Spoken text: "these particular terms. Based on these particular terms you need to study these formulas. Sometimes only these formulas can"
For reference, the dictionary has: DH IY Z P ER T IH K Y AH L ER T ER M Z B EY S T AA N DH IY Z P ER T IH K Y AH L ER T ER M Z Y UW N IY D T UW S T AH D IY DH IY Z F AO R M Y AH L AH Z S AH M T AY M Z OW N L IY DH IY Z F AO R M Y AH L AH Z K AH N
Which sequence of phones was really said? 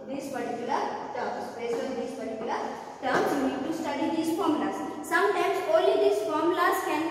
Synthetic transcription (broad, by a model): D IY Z P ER T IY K Y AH L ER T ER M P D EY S AA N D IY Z P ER T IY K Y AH L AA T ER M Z Y UW N IY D T UW S T AH D IY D IY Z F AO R M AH L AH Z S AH M T AY M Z OW N L IY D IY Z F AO R M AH L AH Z K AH N